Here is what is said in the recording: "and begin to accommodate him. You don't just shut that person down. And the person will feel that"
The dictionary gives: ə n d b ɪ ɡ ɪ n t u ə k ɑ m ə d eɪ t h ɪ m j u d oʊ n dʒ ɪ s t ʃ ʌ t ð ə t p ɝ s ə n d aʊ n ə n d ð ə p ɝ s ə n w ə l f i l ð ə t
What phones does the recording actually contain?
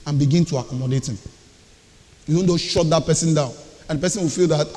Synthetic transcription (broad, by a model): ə n b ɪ ɡ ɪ n t u ə k ɑ m ə d eɪ t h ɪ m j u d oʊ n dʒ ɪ ʃ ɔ t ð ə t p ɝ s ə n d aʊ n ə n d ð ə p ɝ s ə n w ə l f i l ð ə t